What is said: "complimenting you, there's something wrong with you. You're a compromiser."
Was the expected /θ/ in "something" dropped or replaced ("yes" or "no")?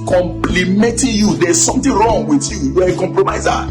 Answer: yes